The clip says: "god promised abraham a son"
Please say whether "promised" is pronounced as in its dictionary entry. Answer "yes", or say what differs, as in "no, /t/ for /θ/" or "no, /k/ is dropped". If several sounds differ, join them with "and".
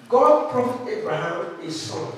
no, /s/ is dropped